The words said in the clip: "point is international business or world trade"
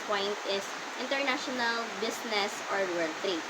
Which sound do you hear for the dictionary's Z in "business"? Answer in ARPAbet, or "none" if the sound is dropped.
S